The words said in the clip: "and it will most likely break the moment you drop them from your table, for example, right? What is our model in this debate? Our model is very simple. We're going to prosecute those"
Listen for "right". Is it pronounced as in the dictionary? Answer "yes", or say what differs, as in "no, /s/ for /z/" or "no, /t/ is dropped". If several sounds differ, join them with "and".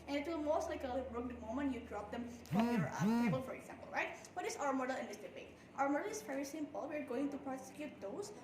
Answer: yes